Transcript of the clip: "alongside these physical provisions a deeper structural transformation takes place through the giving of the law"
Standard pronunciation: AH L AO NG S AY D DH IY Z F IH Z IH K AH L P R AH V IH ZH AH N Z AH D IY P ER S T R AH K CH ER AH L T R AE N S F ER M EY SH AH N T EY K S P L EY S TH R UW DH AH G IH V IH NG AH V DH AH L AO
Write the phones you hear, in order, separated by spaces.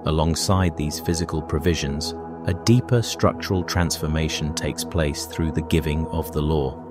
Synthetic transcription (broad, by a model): AH L AO NG S AY D DH IY Z F IH Z IH K AH L P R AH V IH ZH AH N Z AH D IY P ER S T R AH K CH ER AH L T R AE N S F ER M EY SH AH N T EY K S P L EY S TH R UW DH AH G IH V IH NG AH V DH AH L AO